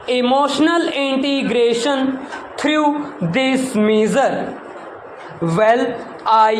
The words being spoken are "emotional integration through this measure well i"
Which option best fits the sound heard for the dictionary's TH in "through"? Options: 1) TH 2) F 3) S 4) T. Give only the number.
4